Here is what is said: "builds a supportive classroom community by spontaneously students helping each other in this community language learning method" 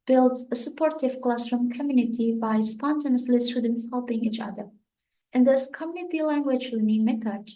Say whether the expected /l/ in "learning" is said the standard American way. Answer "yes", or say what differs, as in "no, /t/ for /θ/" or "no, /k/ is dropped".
no, /w/ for /l/